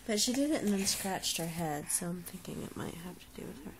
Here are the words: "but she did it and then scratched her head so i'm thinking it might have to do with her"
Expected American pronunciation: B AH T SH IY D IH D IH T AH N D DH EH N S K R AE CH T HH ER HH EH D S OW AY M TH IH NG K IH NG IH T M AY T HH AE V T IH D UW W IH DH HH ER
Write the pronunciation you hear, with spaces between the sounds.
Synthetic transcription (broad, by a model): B AH T SH IY D IH D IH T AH N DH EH N S K R AE CH T HH ER HH EH D S OW AY M TH IH NG K IH NG IH T M AY T HH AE F T IH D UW W IH DH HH ER